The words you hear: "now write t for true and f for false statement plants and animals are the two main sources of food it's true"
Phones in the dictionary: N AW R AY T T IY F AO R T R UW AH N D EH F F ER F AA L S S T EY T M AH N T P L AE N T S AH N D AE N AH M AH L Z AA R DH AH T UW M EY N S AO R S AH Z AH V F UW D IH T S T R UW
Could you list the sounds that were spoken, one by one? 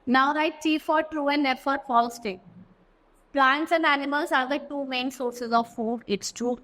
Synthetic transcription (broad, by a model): N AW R AY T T IY F AO R T R UW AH N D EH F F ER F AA L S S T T AH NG P L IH N T S AH N D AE N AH M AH L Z AA R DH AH T UW M EY N S AO R S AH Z AH V F UW D IH T S T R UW